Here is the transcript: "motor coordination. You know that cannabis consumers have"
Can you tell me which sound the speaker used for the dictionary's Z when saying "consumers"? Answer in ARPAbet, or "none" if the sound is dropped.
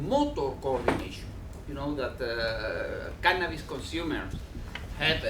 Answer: S